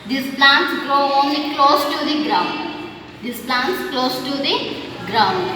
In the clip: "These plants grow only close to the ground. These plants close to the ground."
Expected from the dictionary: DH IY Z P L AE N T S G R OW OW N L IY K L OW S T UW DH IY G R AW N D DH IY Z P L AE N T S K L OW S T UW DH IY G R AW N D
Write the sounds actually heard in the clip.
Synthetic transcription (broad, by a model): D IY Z P L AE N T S G R OW OW N L IY K L OW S T UW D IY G R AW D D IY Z P L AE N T S K L OW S T UW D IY G R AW N D